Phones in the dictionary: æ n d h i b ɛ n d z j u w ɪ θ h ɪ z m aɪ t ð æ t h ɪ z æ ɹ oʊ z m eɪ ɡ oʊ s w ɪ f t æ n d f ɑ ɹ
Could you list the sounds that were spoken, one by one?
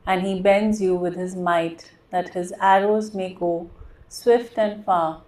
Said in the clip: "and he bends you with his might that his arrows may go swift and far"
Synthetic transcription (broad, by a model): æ n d h i b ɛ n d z j u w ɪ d h ɪ z m aɪ t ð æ t h ɪ z æ ɹ oʊ z m eɪ ɡ oʊ s w ɪ f t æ n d f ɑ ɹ